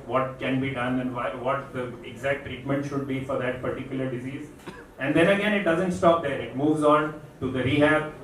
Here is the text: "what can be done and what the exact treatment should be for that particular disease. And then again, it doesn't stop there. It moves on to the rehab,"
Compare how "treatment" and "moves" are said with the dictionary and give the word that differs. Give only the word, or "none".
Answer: none